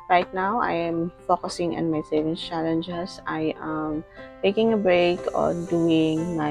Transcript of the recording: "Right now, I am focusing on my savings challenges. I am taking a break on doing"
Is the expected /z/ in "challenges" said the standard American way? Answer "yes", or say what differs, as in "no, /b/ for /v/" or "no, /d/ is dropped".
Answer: no, /s/ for /z/